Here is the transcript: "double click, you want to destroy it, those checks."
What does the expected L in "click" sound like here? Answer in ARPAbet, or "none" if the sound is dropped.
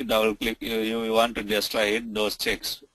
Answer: L